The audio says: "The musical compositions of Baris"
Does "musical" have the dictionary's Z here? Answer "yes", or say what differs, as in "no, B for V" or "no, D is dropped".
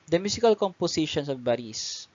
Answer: no, S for Z